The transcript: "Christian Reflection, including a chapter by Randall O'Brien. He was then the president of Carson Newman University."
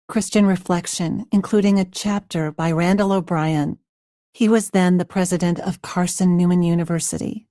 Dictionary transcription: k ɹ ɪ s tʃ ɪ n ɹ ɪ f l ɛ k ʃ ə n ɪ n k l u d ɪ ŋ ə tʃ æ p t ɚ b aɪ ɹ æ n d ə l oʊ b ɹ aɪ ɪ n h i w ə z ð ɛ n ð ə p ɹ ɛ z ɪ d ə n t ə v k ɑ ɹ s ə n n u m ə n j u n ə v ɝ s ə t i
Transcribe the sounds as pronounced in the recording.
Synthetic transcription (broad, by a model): k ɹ ɪ s tʃ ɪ n ɹ ɪ f l ɛ k ʃ ə n ɪ n k l u d ɪ ŋ ə tʃ æ p t ɚ b aɪ ɹ æ n d ə l oʊ b ɹ aɪ ɪ n h i w ə z ð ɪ n ð ə p ɹ ɛ z ɪ d ə n t ə v k ɑ ɹ s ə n n u m ə n j u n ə v ɝ s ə t i